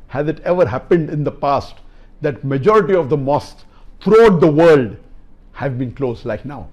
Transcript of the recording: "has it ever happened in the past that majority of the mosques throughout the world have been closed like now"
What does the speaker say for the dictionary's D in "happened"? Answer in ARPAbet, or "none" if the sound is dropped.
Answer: D